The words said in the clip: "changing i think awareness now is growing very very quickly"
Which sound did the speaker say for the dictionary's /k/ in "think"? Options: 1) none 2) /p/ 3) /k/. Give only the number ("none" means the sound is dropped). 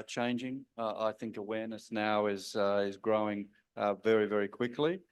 3